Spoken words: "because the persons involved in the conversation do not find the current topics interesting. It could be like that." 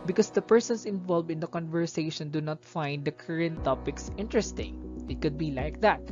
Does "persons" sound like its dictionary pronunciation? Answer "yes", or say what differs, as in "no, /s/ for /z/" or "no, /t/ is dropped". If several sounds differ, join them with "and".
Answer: no, /s/ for /z/